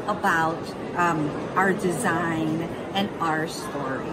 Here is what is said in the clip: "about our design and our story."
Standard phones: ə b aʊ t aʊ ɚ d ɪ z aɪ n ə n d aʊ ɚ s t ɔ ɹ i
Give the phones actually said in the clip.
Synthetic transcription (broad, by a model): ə b aʊ t aʊ ɚ d ɪ z aɪ n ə n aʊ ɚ s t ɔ ɹ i